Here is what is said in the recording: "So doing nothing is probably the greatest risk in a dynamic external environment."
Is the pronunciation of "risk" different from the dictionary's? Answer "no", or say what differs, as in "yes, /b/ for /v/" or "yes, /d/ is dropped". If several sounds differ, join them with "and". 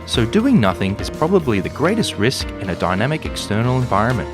no